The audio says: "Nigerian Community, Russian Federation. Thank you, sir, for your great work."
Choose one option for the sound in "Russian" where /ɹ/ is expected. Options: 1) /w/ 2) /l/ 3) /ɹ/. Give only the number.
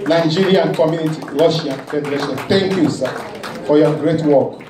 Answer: 2